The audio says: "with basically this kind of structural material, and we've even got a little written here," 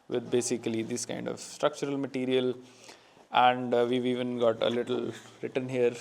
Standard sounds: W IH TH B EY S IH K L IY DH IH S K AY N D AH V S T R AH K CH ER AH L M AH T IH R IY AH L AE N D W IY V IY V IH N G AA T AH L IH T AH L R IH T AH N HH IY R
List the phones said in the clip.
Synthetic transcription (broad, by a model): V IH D B EY S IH K L IY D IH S K AY N D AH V S T R AH K CH ER AH L M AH T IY R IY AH L AE N D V IY V IY V IH N G AA T AH L IH T AH L R IH T AH N HH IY R